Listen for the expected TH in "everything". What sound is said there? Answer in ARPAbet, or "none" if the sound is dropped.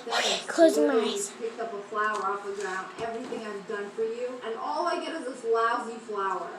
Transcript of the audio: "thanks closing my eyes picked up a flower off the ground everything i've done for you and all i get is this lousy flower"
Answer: TH